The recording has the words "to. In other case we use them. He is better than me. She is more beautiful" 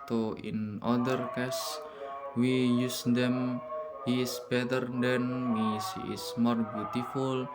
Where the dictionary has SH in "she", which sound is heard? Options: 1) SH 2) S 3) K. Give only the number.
2